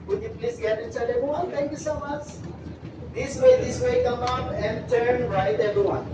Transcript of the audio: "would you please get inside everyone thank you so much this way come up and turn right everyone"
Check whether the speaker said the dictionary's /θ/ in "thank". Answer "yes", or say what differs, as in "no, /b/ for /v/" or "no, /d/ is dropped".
no, /t/ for /θ/